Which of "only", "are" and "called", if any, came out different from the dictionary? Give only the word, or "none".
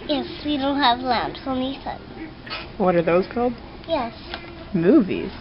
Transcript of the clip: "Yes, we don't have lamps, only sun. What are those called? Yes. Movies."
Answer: only